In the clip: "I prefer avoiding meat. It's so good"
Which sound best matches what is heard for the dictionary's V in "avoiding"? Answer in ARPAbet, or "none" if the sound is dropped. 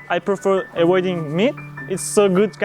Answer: W